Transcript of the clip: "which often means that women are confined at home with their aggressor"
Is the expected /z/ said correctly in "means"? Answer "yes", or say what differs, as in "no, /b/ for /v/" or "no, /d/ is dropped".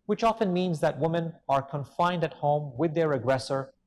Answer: yes